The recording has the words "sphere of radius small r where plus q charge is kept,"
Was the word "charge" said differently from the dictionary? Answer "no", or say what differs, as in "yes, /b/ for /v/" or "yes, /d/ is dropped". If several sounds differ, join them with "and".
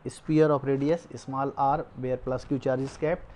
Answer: no